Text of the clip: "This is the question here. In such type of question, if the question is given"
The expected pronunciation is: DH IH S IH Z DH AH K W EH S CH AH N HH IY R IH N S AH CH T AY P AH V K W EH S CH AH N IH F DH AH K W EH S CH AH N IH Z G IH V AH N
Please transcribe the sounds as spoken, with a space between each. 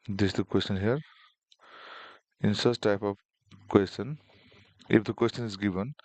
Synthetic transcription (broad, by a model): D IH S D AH K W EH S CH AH N HH IY R IH N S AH S T AY P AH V K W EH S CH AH N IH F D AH K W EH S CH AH N IH Z G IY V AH N